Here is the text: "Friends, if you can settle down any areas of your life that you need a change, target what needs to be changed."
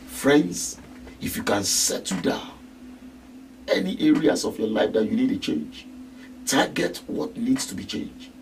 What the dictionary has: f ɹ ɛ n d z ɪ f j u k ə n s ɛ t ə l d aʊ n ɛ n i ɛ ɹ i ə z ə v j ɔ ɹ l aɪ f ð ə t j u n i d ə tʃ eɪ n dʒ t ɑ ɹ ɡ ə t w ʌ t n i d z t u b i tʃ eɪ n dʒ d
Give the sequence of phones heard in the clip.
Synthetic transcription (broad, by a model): f ɹ ɛ n d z ɪ f j u k ə n s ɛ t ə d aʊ ɛ n i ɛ ɹ i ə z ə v j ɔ l aɪ f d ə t j u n i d ə tʃ eɪ n dʒ t ɑ ɡ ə t w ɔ t n i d s t u b i tʃ eɪ n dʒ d